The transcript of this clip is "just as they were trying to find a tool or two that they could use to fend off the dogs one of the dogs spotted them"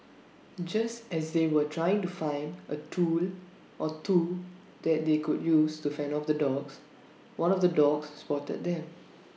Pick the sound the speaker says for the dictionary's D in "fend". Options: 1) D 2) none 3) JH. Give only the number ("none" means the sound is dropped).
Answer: 2